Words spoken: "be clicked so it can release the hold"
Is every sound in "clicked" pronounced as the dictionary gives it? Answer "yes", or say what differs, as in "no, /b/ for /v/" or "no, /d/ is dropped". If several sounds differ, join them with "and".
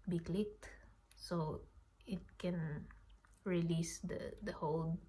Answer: yes